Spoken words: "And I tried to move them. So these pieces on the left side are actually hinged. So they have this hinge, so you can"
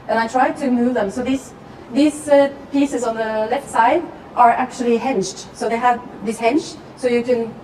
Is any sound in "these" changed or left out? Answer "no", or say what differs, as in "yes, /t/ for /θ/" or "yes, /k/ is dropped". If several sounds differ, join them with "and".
yes, /s/ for /z/